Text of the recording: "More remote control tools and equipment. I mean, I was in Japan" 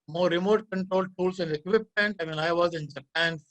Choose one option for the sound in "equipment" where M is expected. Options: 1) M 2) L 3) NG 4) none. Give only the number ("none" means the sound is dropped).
4